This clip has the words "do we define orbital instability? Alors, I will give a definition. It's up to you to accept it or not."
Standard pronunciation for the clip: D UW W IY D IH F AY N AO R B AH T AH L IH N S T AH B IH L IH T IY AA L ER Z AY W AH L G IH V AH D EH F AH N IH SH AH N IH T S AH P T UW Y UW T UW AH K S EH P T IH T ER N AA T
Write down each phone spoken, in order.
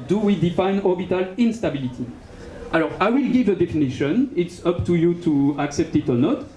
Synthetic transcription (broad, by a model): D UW W IY D IH F AY N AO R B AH T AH L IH N S T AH B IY L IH T IY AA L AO AY W AH L G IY V AH D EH F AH N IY SH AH N IH T S AH P T UW Y UW T UW AH K S EH P T IH T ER N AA T